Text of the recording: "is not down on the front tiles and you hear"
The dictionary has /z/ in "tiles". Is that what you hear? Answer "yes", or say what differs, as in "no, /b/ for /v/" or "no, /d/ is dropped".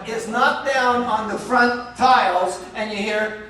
yes